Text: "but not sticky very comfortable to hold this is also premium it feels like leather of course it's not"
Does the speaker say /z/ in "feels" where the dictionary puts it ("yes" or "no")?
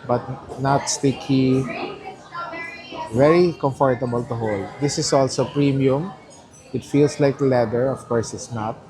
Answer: no